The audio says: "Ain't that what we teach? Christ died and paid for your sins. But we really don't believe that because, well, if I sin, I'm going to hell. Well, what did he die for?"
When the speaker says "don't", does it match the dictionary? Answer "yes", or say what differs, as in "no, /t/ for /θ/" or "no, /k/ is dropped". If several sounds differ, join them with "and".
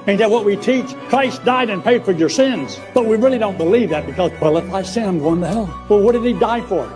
yes